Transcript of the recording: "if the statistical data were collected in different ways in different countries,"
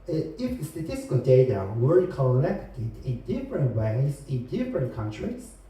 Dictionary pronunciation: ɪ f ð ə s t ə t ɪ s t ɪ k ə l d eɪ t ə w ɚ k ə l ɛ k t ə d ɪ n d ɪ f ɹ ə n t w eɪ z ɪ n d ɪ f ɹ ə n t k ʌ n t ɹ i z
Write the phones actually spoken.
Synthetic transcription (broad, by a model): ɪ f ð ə s t ə t ɪ s t ɪ k ə l d eɪ t ə w ɚ k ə n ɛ k t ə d ɪ n d ɪ f ɹ ə n t w eɪ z ɪ n d ɪ f ɹ ə n t k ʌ n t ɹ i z